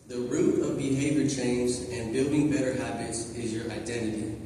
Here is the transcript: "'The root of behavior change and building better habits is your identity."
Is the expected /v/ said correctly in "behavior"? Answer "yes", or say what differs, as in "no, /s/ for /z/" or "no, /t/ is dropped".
yes